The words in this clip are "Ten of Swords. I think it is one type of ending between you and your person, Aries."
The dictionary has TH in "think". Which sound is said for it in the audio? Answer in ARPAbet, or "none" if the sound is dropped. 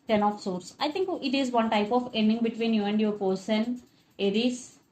T